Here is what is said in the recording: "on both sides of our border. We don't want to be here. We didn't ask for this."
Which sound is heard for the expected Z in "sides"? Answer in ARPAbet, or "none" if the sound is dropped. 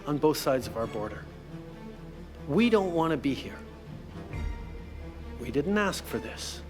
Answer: Z